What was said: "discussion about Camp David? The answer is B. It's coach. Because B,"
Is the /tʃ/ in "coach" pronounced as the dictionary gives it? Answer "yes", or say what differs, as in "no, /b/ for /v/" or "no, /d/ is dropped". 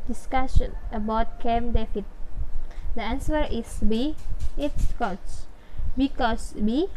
no, /s/ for /tʃ/